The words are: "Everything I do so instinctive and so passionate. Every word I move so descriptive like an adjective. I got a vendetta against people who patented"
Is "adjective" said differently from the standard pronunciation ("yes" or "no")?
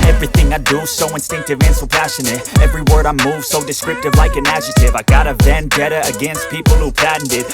yes